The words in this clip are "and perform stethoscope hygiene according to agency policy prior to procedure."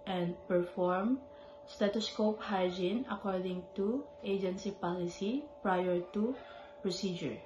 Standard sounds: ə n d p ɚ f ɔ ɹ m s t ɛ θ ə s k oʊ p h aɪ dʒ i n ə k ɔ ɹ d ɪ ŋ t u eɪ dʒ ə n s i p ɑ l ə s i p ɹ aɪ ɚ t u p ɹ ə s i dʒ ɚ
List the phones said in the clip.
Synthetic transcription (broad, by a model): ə n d p ɚ f ɔ ɹ m s t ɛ t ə s k oʊ p h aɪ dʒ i n ə k ɔ ɹ d ɪ ŋ t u eɪ dʒ ə n s i p ɑ l ə s i p ɹ aɪ ɚ t u p ɹ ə s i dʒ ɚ